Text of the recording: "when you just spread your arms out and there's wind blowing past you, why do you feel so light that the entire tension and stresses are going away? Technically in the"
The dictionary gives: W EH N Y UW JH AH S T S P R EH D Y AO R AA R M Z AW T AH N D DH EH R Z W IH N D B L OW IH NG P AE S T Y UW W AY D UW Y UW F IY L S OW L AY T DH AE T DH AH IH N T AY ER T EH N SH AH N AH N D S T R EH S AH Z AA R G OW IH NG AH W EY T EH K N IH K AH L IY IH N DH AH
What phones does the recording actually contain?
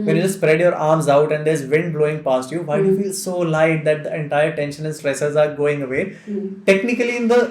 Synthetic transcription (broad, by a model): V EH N Y UW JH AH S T S P R EH D Y AO R AA R M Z AW T AH N D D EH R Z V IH N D B L OW IH NG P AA S T Y UW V AY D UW Y UW F IY L S OW L AY T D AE T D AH IH N T AY ER T EH N SH AH N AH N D S T R EH S AH Z AA R G OW IH NG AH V EY T EH K N IH K AH L IY IH N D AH